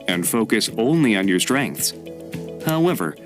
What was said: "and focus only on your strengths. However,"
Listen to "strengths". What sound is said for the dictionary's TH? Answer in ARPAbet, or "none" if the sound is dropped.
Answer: TH